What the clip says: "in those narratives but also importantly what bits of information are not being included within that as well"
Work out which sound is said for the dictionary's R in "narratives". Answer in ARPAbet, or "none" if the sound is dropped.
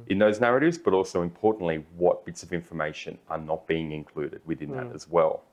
R